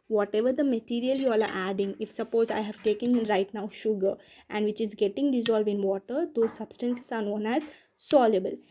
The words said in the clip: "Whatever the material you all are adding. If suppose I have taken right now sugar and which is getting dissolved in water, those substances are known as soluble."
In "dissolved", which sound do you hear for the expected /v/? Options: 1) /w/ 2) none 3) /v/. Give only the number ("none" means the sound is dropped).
3